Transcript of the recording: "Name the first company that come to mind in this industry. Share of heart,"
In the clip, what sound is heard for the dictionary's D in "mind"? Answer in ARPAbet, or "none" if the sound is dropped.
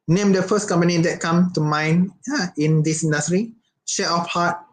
none